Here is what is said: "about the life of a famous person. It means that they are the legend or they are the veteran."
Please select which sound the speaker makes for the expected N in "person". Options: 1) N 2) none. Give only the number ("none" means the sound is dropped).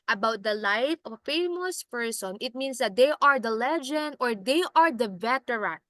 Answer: 1